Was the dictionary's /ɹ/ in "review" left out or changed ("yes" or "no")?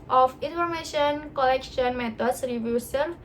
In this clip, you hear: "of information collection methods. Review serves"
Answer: no